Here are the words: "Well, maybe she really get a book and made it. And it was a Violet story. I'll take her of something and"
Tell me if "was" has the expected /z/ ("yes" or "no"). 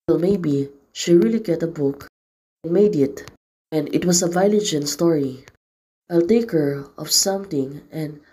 no